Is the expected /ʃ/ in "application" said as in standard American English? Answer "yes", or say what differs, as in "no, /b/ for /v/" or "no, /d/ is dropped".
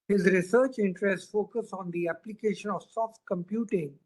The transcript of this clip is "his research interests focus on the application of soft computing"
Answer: yes